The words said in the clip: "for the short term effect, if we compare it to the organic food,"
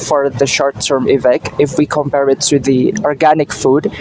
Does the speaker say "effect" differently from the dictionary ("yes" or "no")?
yes